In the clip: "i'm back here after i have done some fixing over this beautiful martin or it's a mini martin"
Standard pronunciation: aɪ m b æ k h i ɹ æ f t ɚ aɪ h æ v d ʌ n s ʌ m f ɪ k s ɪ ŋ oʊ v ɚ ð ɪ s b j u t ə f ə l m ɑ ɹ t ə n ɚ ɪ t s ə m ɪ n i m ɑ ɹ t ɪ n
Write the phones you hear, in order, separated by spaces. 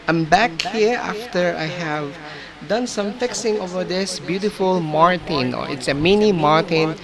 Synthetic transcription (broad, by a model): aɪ m b æ k h i ɹ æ f t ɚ aɪ h æ v d ʌ n s ʌ m f ɪ k s ɪ ŋ oʊ v ɚ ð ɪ s b j u t ə f ə l m ɑ ɹ t ə n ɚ ɪ t s ə m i n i m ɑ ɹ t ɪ n